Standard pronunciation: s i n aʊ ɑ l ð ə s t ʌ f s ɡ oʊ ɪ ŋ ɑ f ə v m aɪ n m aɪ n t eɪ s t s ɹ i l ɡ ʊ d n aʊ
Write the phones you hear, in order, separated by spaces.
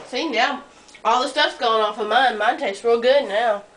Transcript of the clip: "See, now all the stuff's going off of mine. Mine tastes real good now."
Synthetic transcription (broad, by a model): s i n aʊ ɑ l ð ə s t ʌ f s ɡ oʊ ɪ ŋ ɑ f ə m aɪ n m aɪ n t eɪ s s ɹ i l ɡ ʊ d n aʊ